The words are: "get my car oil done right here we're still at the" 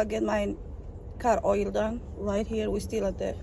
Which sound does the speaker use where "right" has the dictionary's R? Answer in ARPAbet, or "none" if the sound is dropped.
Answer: L